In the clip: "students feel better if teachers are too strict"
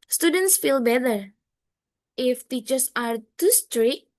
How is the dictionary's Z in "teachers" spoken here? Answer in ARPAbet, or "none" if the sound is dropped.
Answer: S